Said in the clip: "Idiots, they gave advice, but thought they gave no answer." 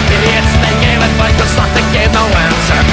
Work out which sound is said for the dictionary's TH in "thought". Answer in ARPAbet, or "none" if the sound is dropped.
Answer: S